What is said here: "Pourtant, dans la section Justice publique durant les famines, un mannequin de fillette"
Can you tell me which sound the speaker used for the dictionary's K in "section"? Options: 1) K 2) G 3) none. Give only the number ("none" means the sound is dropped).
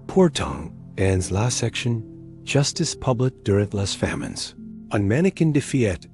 1